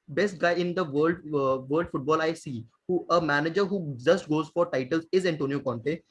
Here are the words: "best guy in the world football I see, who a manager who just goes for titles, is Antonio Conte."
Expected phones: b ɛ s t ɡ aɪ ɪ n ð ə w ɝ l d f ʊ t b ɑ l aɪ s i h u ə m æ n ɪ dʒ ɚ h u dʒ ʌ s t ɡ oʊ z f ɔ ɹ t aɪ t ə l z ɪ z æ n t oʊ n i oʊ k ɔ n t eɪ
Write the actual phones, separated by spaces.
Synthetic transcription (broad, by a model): b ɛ s t ɡ aɪ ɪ n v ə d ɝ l d f ʊ t b ɑ l aɪ s i h u ə m æ n ɪ dʒ ɚ h u dʒ ʌ s t ɡ oʊ z f ɔ ɹ t aɪ t ə l z ɪ z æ n t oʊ n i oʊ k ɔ n t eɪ